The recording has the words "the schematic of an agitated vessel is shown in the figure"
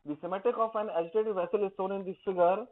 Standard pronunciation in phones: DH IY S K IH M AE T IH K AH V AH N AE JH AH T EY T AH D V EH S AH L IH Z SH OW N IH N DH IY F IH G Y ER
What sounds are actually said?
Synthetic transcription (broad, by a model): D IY S IH M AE T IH K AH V AH N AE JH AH T EY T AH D V EH S AH L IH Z S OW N IH N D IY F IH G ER